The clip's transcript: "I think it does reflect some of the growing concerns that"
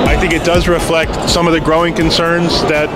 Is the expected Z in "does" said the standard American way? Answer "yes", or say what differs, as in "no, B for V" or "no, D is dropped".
yes